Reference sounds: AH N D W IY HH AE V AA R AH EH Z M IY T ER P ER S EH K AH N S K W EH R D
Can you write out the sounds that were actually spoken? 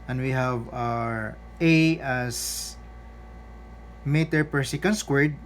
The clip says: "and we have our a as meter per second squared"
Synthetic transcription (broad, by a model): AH N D W IY HH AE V AA R AH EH S M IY T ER P ER S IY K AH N S K W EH R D